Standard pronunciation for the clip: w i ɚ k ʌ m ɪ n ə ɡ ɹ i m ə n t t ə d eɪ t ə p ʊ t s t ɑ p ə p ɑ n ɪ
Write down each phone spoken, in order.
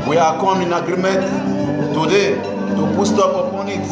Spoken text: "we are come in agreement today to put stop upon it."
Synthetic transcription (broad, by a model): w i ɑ k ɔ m ɪ n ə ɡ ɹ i m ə t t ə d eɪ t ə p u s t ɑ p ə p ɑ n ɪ